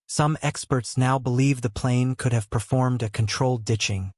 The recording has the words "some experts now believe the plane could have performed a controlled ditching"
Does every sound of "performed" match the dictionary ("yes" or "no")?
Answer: yes